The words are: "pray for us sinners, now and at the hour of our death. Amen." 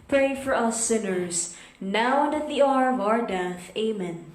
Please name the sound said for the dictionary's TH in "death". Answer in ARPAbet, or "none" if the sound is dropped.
TH